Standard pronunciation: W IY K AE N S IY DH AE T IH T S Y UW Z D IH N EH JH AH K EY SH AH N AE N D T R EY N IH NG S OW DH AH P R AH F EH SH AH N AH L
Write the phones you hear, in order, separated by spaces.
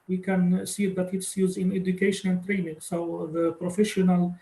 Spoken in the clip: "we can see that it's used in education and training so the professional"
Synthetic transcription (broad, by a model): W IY K AE N S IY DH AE T IH T S Y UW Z IH N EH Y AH K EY SH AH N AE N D T R EY N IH NG S OW DH AH P R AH F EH SH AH N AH L